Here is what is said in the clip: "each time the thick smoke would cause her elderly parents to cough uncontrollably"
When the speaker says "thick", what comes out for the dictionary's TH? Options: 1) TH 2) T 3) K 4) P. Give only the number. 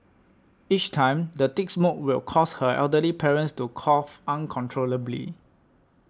2